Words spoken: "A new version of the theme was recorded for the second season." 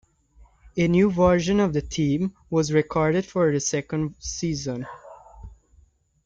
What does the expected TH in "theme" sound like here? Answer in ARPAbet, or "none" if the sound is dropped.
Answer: T